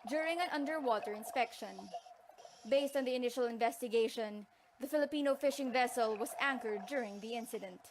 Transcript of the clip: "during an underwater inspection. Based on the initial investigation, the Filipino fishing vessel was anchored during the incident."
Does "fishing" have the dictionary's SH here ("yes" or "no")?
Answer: yes